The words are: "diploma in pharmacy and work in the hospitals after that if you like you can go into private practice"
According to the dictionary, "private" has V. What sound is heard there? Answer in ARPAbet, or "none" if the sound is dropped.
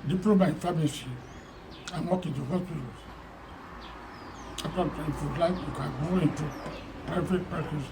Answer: F